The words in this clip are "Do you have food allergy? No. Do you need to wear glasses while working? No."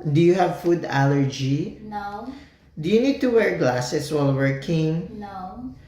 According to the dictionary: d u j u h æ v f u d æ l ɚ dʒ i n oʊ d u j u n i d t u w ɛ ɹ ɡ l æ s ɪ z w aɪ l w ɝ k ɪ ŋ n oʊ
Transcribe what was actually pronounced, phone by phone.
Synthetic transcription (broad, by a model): d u j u h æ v f u d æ l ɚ dʒ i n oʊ d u j u n i d t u w ɛ ɹ ɡ l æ s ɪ s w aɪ l w ɝ k ɪ ŋ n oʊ